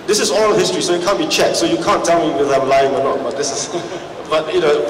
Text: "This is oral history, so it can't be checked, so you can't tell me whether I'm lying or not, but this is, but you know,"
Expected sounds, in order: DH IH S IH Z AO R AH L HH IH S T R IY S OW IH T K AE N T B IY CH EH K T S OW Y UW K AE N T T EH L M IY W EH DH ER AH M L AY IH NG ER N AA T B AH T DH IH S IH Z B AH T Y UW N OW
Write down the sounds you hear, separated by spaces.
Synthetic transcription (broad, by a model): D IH S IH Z AO L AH HH IH S T R IY S OW IH T K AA N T B IY CH EH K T S OW Y UW K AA N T T EH L M IY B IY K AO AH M L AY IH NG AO N AA T B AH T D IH S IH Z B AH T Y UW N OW